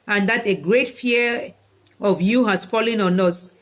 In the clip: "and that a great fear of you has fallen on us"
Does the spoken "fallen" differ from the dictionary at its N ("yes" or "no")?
no